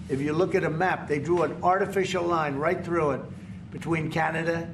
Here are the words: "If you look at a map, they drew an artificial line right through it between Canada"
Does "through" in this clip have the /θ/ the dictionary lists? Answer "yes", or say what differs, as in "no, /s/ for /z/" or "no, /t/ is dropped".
yes